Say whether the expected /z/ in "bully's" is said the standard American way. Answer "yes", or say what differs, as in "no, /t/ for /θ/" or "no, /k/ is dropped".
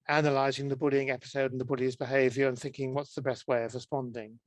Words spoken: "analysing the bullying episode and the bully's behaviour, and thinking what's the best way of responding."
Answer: yes